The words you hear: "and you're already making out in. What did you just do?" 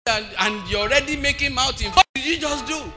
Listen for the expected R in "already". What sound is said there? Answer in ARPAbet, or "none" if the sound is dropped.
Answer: R